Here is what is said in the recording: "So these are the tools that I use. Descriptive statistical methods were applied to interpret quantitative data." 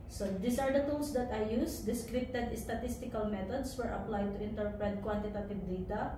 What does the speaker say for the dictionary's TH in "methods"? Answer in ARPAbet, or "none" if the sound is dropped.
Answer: T